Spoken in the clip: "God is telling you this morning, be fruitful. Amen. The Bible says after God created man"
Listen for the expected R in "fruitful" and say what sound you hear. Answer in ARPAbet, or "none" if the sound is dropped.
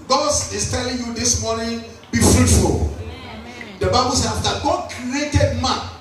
R